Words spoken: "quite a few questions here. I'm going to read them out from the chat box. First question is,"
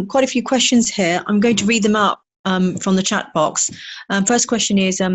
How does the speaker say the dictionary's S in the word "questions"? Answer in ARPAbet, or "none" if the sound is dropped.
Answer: S